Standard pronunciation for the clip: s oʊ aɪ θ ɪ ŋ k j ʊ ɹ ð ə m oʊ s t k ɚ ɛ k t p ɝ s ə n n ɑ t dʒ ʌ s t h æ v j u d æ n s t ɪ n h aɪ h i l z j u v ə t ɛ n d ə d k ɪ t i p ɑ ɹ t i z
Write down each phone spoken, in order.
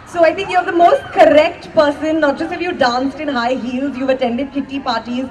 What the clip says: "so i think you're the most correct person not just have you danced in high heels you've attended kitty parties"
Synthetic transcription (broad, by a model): s oʊ aɪ t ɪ ŋ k j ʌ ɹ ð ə m oʊ s t k ɚ ɛ k t p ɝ s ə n n ɑ t dʒ ʌ s t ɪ f j u d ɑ n s t ɪ n h aɪ h i l z j u v ə t ɛ n d ə d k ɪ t i p ɑ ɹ t i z